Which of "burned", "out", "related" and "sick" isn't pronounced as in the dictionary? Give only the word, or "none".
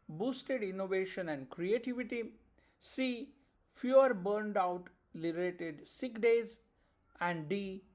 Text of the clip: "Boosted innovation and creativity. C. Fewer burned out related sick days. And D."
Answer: related